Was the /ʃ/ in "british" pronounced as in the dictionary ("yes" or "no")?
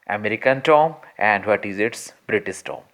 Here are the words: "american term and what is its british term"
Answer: no